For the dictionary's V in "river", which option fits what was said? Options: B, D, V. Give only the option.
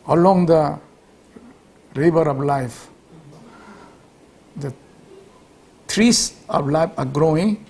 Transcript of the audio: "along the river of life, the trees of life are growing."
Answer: B